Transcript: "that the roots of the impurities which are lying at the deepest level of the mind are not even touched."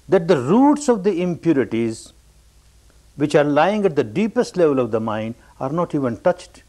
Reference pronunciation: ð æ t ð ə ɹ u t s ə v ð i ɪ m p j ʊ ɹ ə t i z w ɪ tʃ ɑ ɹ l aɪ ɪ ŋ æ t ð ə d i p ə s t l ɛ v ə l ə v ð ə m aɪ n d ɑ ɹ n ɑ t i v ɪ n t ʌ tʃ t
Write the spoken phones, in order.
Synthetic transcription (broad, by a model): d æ t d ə ɹ u t s ə v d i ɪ m p j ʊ ɹ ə t i z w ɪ tʃ ɑ ɹ l aɪ ɪ ŋ æ t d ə d i p ə s t l ɛ v ə l ə v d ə m aɪ n d ɑ ɹ n ɑ t i v ɪ n t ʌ tʃ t